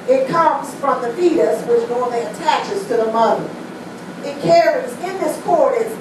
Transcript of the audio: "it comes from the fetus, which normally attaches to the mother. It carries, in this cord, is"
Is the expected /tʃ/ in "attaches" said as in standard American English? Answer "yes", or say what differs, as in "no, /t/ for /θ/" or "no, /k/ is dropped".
yes